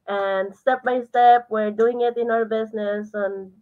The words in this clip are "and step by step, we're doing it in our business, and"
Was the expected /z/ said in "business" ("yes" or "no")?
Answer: no